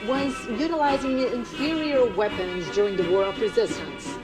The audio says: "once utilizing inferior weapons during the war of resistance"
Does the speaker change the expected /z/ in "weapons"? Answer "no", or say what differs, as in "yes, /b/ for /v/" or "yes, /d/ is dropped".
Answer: no